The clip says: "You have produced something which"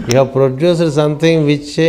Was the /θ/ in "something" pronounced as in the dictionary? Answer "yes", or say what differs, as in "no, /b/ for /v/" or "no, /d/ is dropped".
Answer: no, /t/ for /θ/